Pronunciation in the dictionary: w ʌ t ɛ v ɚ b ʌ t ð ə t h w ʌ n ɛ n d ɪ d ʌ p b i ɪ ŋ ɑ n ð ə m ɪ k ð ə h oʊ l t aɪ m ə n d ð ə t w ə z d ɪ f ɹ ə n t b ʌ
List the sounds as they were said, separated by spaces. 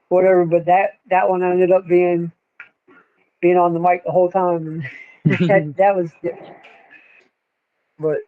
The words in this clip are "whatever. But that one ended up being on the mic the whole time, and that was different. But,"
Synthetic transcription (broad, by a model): w ʌ t ɛ v ɚ b ʌ t ð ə t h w ʌ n ɛ n d ɪ d ʌ p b i ɪ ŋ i n ð ə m ɪ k ð ə h oʊ l t aɪ m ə n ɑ ð ə t w ə z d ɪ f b ə t